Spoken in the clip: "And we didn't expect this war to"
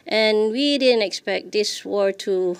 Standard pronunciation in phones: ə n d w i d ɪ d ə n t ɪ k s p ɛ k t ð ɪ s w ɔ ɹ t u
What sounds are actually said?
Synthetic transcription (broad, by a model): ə n w i d ɪ d ə n t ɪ k s p ɛ k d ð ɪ s w ɔ ɹ t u